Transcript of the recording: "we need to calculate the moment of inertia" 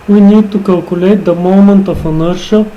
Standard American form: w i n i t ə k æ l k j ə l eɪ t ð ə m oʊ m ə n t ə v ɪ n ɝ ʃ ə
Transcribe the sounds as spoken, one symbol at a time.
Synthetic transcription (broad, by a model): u n i t ə k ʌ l k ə l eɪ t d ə m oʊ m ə n t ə f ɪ n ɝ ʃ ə